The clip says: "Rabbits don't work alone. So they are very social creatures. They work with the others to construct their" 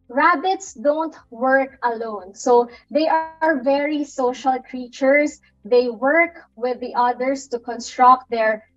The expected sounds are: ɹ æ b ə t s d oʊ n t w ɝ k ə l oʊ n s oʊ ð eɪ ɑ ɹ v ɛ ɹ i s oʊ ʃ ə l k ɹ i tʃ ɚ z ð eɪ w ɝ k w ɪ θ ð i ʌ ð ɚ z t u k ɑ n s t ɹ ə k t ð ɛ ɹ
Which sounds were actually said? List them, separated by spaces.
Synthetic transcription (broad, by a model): ɹ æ b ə t s d oʊ n t w ɝ k ə l oʊ n s oʊ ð eɪ ɑ ɹ v ɛ ɹ i s oʊ ʃ ə l k ɹ i tʃ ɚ s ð eɪ w ɝ k w ɪ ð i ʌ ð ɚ s t u k ɑ n s t ɹ ə k t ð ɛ ɹ